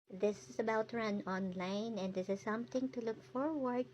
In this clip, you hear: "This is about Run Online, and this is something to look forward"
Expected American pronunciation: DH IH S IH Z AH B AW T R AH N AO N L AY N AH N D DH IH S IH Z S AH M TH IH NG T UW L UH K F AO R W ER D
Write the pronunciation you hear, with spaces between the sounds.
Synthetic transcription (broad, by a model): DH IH S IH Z AH B AW T R AH N AO N L AY N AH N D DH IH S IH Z S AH M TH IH NG T UW L UH K F AO R W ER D